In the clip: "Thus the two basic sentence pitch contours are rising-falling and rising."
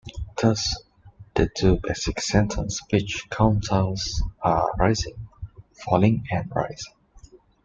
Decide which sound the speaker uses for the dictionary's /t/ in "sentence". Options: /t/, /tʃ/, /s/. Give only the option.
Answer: /t/